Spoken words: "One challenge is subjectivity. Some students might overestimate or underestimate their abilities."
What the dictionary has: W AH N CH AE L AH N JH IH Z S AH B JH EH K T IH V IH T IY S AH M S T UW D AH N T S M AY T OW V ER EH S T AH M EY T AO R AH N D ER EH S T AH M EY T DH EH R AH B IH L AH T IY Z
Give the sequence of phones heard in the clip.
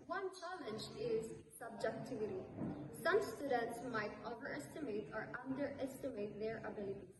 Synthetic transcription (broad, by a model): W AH N CH AE L AH N JH IH Z S AH B JH EH K T IH V IH T IY S AH M S T UW D AH N T S M AY T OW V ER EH S T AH M EY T AO R AH N D ER EH S T AH M EY T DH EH R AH B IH L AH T IY